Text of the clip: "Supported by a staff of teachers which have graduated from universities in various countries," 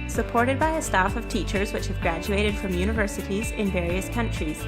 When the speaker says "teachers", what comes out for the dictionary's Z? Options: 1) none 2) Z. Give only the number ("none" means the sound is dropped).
2